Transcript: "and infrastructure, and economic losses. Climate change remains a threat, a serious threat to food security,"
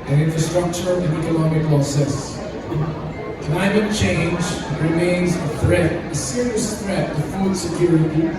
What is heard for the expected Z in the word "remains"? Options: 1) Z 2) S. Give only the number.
1